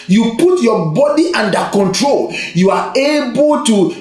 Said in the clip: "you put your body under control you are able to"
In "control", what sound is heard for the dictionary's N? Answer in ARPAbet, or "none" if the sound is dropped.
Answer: N